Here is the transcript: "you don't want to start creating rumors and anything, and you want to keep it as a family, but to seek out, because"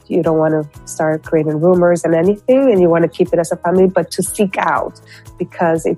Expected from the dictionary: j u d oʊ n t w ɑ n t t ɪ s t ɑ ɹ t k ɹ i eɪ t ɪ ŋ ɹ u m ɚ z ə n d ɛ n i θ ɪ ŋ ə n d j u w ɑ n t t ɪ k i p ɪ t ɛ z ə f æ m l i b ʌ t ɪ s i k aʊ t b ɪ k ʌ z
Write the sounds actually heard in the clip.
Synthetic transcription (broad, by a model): j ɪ d oʊ n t w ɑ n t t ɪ s t ɑ ɹ t k ɹ i eɪ t ɪ ŋ ɹ u m ɚ z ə n ɛ n i θ ɪ ŋ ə n j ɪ w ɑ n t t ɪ k i p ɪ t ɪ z ə f æ m l i b ʌ t ɪ s i k aʊ t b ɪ k ʌ z